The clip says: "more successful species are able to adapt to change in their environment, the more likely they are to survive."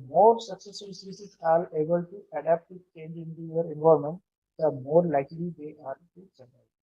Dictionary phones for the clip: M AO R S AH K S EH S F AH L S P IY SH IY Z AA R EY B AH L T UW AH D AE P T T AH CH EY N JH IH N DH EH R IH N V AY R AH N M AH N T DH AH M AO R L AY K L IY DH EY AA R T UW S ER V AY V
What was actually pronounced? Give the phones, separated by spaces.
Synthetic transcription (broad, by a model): M AO R S AH K S EH S F AH L S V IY S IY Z AA R EY B AH L T UW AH D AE P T T AH CH EY N JH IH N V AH R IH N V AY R M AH N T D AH M AO R L AY K L IY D EY AA R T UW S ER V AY